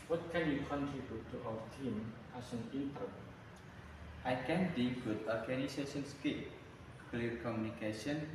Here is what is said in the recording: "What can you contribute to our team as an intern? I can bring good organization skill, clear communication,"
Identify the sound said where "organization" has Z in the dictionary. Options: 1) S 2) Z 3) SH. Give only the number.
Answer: 1